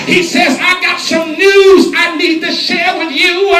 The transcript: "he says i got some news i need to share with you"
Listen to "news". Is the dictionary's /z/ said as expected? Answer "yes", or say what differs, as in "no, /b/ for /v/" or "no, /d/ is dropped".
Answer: yes